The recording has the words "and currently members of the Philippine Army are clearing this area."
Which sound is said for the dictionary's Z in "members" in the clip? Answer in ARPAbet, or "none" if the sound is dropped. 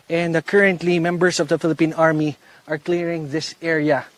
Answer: S